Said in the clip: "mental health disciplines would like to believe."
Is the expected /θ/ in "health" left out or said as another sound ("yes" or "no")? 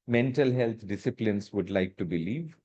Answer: yes